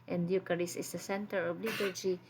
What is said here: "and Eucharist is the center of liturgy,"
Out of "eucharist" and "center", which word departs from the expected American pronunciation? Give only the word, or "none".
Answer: eucharist